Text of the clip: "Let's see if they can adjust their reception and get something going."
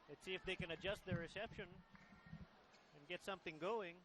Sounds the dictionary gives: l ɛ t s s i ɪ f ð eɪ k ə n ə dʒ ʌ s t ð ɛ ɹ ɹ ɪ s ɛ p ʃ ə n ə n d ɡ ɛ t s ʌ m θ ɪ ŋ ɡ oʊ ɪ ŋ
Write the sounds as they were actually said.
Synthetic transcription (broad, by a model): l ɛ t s s i ɪ f ð eɪ k ə n ə dʒ ʌ s t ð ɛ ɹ ɹ ɪ s ɛ p ʃ ə n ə n ɡ ɛ t s ʌ m θ ɪ ŋ ɡ oʊ ɪ ŋ